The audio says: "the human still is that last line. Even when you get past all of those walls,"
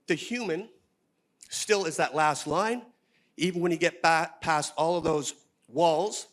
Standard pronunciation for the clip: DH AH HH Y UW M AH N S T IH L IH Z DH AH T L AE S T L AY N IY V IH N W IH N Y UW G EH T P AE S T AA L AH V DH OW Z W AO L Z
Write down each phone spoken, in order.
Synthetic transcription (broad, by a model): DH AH HH Y UW M AH N S T IH L IH Z DH AH T L AE S T L AY N IY V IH N W IH N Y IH G EH T P AE S T AA L AH V DH OW Z W AO L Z